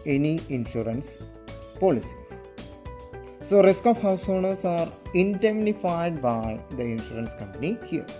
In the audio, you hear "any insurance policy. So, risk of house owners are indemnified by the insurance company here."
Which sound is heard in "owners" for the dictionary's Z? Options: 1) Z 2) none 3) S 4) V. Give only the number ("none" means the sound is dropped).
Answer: 3